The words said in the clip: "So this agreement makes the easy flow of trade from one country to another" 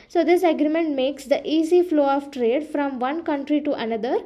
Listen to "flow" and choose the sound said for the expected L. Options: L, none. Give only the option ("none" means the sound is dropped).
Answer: L